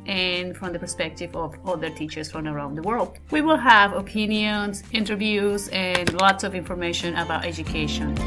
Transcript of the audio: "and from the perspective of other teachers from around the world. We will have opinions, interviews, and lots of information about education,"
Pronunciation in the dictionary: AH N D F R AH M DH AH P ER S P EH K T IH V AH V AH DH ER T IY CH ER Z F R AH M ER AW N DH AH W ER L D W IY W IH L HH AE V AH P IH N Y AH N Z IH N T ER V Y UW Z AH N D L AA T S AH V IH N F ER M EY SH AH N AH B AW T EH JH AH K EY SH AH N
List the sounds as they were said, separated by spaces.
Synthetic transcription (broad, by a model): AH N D F R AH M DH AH P ER S P EH K T IH V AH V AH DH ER T IY CH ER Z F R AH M ER AW N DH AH W ER L D W IY W IH L HH AE V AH P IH N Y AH N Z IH N T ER V Y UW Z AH N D L AA T S AH V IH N F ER M EY SH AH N AH B AW T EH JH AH K EY SH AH N